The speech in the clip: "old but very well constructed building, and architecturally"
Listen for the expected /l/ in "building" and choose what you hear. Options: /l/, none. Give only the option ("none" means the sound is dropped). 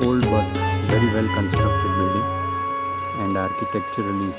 none